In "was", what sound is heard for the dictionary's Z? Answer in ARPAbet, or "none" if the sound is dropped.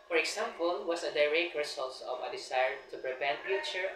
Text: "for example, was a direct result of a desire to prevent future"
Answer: S